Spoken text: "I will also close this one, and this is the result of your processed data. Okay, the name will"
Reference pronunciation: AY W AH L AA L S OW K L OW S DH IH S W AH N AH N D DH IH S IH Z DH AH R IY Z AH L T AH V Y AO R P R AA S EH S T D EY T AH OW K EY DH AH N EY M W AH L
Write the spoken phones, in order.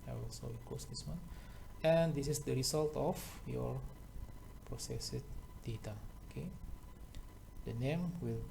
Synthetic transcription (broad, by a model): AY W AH L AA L IY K OW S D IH S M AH N AH N D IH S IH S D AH R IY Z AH L T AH F Y AO R P R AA S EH S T D EY T AH OW K EY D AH N EY M W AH L